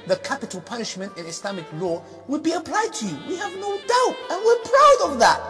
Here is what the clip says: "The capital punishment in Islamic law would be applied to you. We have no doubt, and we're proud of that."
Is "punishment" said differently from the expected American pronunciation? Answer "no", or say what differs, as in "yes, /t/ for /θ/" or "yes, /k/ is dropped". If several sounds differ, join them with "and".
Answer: no